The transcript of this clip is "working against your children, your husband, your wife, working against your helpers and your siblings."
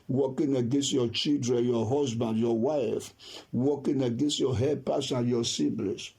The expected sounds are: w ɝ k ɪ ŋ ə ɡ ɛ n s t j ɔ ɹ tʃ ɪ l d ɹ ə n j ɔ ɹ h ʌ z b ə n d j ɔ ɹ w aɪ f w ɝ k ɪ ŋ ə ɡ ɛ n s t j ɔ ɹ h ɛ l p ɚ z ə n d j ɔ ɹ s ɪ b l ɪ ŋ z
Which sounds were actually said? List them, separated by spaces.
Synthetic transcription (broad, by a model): w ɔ k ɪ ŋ ə ɡ ɛ n s t j ɔ tʃ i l d ɹ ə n j ɔ h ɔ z b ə n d j ɔ w aɪ f w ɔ k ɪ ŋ ə ɡ ɛ n s t j ɔ h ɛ p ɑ s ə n j ɔ s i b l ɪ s